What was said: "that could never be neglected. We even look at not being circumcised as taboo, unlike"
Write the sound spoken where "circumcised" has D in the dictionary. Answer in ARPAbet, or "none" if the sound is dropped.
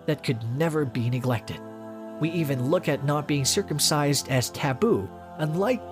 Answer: D